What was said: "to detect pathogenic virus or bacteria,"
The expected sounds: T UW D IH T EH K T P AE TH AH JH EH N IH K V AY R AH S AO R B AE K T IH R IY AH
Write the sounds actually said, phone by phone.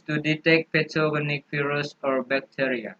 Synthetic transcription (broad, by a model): T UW D IH T EH K T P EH T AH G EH N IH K F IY R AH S AO R B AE K T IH R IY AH